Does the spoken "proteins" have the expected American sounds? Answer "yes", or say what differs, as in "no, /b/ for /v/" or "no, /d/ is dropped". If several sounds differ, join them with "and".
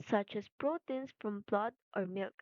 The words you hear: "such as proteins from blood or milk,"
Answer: no, /s/ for /z/